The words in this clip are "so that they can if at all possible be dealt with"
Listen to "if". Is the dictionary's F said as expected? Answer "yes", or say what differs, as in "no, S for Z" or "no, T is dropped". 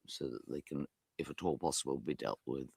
yes